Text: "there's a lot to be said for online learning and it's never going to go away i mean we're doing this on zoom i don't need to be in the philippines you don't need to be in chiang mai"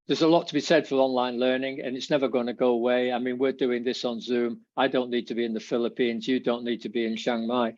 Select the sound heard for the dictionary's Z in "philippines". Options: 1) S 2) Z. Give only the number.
2